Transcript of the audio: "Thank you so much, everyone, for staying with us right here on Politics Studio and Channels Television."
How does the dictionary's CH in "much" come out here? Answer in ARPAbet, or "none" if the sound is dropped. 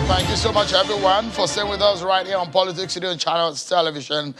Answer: CH